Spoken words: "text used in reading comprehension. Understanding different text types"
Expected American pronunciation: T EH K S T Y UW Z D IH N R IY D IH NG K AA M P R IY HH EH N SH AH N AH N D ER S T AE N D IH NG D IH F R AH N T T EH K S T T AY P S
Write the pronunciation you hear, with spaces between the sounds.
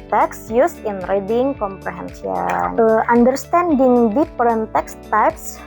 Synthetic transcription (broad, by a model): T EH K S Y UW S IH N R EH D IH NG K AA M P R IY HH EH N S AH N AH N D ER S T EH N D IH NG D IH P R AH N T T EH K S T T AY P S